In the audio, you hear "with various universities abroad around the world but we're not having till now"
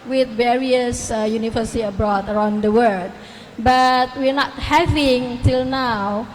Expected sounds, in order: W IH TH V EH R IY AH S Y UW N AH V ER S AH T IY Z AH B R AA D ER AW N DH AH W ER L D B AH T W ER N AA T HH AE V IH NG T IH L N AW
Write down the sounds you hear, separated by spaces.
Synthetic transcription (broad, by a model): W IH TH V EH R IY AH S Y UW N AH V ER S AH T IY AH B R AA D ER AW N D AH W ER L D B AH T W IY N AA T HH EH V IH NG T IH L N AW